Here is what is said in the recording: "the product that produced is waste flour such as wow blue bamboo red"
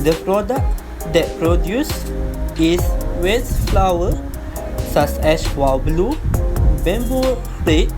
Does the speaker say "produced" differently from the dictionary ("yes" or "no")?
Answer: yes